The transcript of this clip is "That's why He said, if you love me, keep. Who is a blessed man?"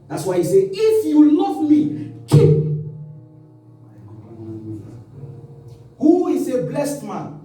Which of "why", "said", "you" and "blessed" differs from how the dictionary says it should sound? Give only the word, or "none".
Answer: said